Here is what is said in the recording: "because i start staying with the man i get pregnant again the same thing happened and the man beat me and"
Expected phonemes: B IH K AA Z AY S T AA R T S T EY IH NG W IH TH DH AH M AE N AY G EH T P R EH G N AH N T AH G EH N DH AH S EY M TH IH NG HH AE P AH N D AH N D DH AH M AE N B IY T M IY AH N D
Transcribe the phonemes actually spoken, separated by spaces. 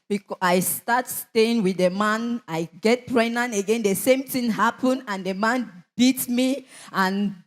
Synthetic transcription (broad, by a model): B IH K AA AY S T AA T S T EY IH NG W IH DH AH M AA N AY G EH T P R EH N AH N AH G EH N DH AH S EY M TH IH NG HH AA P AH N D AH N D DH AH M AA N B IY T M IY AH N